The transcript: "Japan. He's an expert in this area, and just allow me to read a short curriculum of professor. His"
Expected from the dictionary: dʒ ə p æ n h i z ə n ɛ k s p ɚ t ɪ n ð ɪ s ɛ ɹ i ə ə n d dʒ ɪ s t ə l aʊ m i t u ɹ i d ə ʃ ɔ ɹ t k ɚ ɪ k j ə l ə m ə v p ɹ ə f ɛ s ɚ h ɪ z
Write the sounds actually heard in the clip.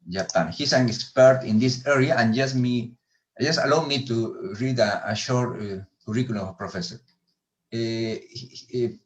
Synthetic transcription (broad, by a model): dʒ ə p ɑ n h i s ə n ɛ k s p ɚ t ɪ n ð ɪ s ɛ ɹ i ə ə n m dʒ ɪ s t ə l aʊ m i t u ɹ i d ə ʃ ɔ ɹ t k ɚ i k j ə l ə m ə p ɹ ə f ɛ s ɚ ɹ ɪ